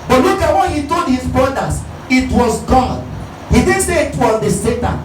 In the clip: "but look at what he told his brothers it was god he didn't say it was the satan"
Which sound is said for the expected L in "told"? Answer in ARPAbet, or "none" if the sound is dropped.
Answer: L